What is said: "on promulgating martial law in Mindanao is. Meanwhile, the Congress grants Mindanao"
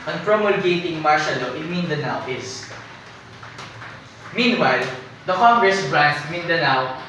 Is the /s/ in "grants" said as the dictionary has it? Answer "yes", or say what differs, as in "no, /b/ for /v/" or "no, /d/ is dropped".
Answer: no, /s/ is dropped